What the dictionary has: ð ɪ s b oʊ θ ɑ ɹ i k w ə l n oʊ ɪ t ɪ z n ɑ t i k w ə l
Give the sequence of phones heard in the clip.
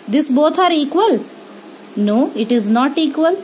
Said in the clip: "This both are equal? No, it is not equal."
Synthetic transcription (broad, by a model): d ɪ s b oʊ t ɑ ɹ i k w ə l n oʊ ɪ t ɪ z n ɑ t i k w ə l